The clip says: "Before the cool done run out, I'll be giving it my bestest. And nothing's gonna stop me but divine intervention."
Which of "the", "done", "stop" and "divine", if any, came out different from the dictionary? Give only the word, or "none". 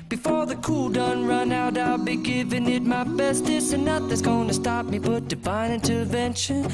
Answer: divine